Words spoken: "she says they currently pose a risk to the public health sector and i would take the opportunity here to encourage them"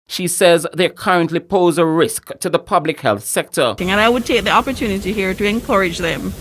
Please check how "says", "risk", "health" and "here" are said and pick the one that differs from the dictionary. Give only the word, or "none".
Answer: none